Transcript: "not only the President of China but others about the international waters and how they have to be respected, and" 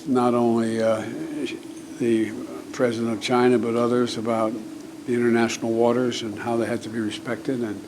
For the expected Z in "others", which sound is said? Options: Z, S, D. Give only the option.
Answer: Z